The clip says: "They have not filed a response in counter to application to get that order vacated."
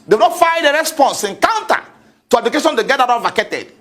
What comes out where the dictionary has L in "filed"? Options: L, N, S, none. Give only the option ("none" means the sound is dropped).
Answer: none